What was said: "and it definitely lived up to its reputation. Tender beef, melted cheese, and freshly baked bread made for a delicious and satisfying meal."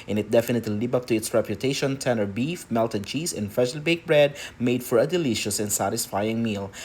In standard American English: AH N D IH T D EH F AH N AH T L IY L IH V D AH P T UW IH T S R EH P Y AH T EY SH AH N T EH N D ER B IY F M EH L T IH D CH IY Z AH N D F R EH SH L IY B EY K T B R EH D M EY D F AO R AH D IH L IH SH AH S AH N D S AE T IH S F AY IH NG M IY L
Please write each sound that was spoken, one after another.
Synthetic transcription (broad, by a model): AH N IH T D EH F AH N AH T L IY L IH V AH P T UW IH T S R EH P Y AH T EY SH AH N T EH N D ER B IY F M EH L T IH D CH IY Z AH N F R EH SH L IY B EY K B R EH D M EY D F AO R AH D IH L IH SH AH S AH N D S AE T IH S F AY IH NG M IY L